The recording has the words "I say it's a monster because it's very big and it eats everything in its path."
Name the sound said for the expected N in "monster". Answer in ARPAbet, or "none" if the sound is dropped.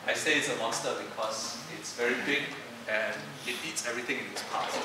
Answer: none